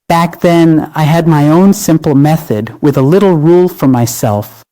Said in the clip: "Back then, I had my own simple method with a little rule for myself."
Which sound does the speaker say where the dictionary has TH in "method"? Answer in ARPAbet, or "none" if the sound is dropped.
TH